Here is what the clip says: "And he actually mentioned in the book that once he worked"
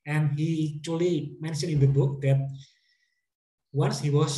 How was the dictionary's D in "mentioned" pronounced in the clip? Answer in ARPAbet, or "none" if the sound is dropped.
none